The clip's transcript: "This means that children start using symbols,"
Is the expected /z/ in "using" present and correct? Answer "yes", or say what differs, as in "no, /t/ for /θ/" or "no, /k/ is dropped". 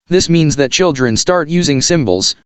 yes